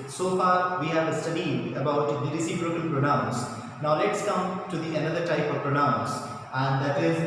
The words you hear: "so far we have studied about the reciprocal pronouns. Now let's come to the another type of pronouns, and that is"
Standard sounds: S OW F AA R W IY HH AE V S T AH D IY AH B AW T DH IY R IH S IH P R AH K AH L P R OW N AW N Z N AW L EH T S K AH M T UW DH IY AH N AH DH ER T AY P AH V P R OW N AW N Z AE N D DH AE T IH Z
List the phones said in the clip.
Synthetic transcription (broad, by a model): S OW F AA R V IY HH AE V S T AH D IY AH B AW T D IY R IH S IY B R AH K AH N P R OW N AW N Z N AW L EH T S K AH M T UW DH IY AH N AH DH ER T AY P AH V P R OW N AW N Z AE N D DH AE T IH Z